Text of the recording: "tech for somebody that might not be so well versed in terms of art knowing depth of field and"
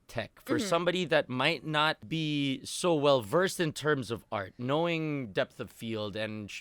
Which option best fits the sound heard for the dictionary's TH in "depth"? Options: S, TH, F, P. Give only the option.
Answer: TH